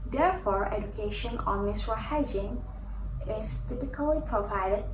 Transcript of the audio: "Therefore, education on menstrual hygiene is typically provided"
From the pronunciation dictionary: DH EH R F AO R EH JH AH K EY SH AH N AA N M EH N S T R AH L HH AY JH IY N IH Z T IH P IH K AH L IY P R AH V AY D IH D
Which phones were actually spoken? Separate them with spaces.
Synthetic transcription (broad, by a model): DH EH R F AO R EH JH AH K EY SH AH N AA N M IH S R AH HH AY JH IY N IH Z T IH P IH K AH L IY P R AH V AY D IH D